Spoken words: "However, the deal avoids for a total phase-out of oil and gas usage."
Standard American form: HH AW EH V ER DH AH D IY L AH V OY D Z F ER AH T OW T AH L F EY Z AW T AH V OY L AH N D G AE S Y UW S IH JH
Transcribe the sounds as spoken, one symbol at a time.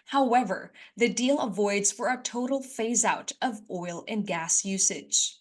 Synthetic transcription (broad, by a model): HH AW EH V ER DH AH D IY L AH V OY D Z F ER AH T OW T L F EY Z AW T AH V OY L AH N G AE S Y UW S IH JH